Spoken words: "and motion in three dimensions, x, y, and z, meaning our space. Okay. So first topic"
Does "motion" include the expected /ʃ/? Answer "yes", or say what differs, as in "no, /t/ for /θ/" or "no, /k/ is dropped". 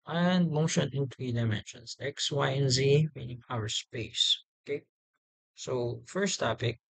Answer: yes